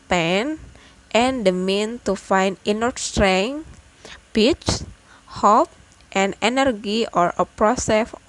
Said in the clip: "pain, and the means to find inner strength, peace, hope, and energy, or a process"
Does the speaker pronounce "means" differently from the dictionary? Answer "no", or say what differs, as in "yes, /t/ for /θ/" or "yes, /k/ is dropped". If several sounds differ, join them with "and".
yes, /z/ is dropped